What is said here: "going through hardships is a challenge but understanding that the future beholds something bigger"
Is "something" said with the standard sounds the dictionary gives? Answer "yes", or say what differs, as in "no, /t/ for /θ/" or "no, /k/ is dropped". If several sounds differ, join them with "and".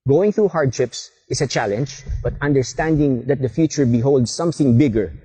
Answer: yes